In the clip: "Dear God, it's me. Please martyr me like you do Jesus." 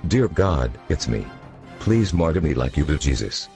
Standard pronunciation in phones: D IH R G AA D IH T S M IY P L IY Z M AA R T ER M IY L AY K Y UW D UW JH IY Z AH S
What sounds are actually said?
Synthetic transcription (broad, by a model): D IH R G AA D IH T S M IY P L IY Z M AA R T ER M IY L AY K Y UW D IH JH IY Z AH S